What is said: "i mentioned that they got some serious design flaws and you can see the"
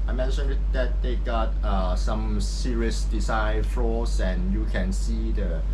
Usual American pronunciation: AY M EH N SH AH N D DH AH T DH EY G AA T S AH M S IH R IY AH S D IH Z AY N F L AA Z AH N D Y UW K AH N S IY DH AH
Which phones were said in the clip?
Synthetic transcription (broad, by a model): AY M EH N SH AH N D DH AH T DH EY G AA T S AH M S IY R IY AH S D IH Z AY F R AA S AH N Y UW K AH N S IY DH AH